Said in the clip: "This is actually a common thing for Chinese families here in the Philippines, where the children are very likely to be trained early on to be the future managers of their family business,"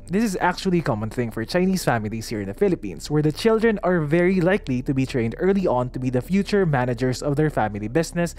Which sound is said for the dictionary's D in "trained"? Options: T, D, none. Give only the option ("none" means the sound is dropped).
D